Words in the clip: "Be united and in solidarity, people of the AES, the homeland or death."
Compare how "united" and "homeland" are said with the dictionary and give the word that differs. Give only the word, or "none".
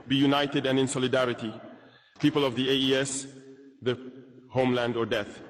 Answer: none